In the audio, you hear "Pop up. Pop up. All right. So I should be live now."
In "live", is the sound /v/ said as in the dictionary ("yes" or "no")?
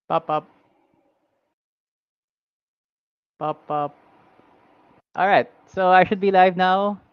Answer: yes